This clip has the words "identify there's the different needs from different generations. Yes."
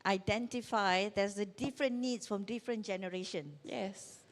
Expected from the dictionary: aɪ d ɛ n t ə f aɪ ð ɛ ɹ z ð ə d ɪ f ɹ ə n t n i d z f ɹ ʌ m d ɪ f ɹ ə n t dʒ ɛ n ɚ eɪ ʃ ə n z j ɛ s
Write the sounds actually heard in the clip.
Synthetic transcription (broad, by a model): aɪ d ɛ n t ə f aɪ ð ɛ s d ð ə d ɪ f ɹ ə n n i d s f ɹ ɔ m d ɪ f ɹ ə n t dʒ ɛ n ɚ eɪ ʃ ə n j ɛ s